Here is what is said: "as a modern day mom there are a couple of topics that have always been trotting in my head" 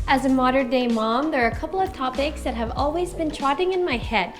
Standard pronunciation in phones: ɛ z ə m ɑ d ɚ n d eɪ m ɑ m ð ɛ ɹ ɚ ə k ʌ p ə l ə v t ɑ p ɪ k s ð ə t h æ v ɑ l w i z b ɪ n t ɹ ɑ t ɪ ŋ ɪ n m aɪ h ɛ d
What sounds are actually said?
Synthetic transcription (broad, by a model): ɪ z ə m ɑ d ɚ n d eɪ m ɑ m ð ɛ ɹ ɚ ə k ʌ p l ə v t ɑ p ɪ k s ð ə t h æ v ɑ l w i z b ɪ n t ɹ ɑ t ɪ ŋ ɪ n m aɪ h ɛ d